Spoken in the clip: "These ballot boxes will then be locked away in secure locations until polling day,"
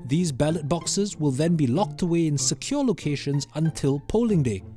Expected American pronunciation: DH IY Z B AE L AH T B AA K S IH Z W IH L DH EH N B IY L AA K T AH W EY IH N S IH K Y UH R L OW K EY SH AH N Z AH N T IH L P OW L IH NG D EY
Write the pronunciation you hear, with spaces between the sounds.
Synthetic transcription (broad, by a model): DH IY Z B AE L AH T B AA K S IH Z W IH L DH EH N B IY L AA K T AH W EY IH N S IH K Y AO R L OW K EY SH AH N Z AH N T IH L P OW L IH NG D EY